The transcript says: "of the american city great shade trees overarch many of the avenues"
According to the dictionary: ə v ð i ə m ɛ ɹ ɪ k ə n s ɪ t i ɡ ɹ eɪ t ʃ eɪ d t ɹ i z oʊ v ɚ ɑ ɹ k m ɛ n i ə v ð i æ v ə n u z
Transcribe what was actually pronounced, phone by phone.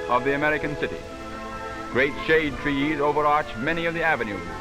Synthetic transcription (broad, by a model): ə v ð i ə m ɛ ɹ ɪ k ə n s ɪ t i ɡ ɹ eɪ t ʃ eɪ d t ɹ i z oʊ v ɚ ɑ ɹ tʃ m ɛ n i ə v ð i æ v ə n u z